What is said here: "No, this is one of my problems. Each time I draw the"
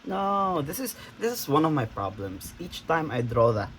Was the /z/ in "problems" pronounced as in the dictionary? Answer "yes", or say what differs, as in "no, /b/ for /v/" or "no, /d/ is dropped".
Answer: no, /s/ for /z/